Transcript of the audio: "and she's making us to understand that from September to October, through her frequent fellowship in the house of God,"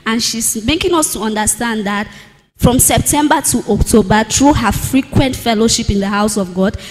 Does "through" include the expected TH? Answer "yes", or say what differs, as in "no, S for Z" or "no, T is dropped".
no, T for TH